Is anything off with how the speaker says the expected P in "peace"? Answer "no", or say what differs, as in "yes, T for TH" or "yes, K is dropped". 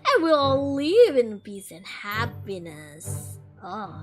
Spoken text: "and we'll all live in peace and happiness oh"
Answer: yes, B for P